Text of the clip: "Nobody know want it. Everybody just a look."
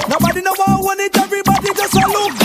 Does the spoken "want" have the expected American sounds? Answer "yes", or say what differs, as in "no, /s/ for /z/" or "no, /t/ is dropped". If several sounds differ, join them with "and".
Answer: no, /t/ is dropped